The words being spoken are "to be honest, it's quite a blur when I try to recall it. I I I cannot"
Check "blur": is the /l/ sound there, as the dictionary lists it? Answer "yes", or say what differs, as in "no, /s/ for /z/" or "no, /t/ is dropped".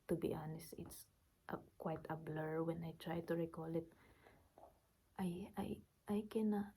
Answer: yes